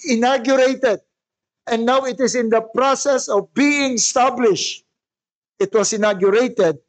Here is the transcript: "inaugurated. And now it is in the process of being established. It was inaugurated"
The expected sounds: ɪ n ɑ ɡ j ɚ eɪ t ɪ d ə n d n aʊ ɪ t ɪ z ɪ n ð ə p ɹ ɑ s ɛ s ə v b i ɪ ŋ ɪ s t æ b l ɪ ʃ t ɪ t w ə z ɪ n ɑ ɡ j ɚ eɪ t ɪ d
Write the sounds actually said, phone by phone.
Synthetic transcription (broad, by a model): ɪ n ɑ ɡ j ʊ eɪ t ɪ d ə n n aʊ ɪ t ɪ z ɪ n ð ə p ɹ ɑ s ɛ s ə v b i ɪ ŋ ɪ s t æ b l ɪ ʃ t ɪ t w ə s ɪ n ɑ ɡ j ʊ eɪ t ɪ d